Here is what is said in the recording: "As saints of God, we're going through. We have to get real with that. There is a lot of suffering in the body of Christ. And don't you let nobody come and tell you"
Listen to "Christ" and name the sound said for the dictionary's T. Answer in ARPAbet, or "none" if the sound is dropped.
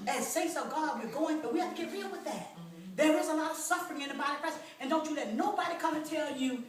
none